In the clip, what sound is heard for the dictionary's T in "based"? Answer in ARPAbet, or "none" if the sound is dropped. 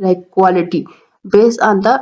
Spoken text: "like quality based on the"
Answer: none